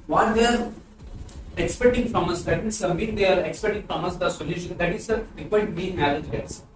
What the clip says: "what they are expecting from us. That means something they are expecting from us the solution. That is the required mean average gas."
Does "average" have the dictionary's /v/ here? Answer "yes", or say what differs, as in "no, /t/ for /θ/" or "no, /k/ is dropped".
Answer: no, /v/ is dropped